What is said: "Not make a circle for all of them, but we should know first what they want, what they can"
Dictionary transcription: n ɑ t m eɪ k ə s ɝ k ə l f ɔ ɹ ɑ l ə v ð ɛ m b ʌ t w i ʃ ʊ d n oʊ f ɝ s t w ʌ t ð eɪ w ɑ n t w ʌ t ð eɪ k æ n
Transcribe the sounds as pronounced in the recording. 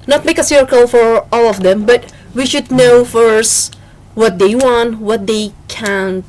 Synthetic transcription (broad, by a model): n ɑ t m eɪ k ə s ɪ k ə l f ɔ ɹ ɑ l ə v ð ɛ m b ʌ t w i ʃ ʊ d n oʊ f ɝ s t w ʌ t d eɪ w ɑ n t w ʌ t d eɪ k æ n